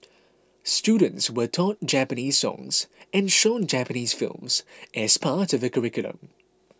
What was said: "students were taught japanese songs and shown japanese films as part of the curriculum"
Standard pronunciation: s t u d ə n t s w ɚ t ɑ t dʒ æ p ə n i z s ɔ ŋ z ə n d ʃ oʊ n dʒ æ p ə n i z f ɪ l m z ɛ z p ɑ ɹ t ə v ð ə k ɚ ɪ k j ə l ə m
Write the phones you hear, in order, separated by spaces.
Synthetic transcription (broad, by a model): s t u d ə n t s w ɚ t ɑ t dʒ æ p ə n i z s ɔ ŋ z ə n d ʃ oʊ n dʒ æ p ə n i z f ɪ l m z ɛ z p ɑ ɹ t ə v ð ə k ɚ ɪ k j ə l ə m